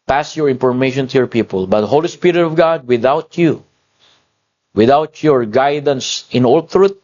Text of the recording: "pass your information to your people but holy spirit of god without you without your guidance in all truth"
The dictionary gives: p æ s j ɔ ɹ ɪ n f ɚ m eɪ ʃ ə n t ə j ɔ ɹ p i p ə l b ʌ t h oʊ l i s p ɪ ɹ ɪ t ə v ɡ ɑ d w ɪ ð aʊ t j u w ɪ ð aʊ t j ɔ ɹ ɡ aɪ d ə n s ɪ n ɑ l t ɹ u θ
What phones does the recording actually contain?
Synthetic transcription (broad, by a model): p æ s j ɔ ɹ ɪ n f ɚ m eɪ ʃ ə n t ə j ɔ ɹ p i p ə l b ʌ t h oʊ l i s p ɪ ɹ ɪ t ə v ɡ ɑ d w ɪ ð aʊ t j u w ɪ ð aʊ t j ɔ ɹ ɡ aɪ d ə n s ɪ n ɑ l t ɹ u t